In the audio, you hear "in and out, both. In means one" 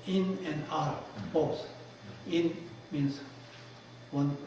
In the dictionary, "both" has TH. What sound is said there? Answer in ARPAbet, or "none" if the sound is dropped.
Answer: S